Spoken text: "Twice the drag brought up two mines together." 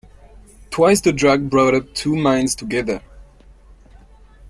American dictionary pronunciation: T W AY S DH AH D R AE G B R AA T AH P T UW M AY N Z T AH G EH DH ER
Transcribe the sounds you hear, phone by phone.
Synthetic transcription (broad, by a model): T W AY S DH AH D R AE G B R AA T AH P T UW M AY N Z T AH G EH DH ER